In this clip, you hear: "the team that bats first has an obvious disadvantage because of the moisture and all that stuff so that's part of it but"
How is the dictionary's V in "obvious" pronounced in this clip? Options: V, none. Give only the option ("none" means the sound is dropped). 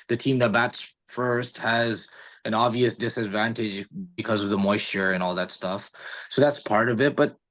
V